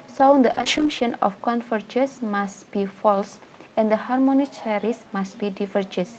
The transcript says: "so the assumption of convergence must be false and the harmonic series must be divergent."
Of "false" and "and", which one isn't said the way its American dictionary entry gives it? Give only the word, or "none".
none